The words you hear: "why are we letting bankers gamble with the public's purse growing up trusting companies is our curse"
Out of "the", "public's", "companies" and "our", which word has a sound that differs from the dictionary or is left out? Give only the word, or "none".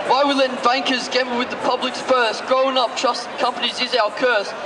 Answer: our